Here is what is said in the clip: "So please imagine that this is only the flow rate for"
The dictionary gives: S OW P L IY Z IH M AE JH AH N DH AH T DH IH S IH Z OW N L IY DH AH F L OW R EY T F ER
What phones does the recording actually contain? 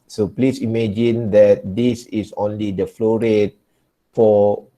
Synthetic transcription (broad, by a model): S OW P L IY S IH M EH JH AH N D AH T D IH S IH S OW N L IY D AH F L OW R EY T F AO